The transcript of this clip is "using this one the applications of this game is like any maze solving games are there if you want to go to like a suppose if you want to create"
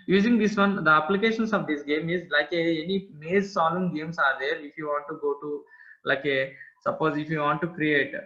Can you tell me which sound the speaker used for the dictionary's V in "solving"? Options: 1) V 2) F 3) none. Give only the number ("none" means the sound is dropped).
3